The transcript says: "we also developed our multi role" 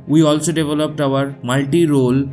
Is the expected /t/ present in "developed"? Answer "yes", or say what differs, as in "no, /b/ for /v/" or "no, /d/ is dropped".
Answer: yes